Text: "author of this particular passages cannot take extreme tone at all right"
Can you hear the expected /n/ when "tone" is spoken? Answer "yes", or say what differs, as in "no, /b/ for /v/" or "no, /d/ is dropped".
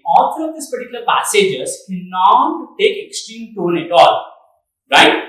yes